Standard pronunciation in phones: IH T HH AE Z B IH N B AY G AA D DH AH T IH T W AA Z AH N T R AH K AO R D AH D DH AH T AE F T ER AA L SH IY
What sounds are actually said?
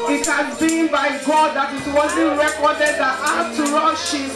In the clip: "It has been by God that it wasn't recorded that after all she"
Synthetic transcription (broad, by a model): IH T HH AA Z B IH N B AY G AA D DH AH T IH T W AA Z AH N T R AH K AO D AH D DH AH T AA T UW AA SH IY